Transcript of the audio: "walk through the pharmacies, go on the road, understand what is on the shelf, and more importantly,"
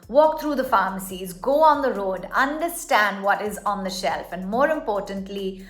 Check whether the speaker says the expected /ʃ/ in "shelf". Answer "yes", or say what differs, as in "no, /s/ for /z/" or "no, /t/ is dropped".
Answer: yes